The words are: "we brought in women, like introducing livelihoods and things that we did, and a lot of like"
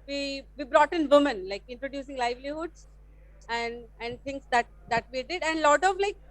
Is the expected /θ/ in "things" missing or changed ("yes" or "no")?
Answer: yes